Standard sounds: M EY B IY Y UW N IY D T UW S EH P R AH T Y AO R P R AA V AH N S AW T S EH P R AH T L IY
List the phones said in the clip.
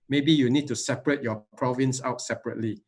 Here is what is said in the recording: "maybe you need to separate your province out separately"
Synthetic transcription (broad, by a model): M EY B IY Y UW N IY D T UW S EH P R AH T Y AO P R AA V AH N S AW T S EH P R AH T L IY